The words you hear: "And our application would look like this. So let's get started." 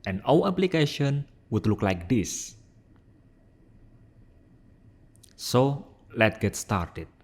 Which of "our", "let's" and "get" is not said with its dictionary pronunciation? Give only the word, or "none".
our